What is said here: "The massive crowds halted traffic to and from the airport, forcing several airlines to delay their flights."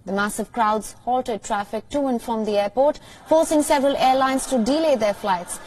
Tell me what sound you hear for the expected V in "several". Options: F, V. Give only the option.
V